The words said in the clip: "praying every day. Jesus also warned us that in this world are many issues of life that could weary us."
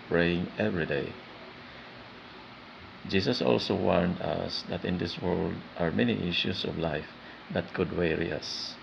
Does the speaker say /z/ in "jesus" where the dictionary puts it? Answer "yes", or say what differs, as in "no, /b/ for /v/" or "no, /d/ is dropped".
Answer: no, /s/ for /z/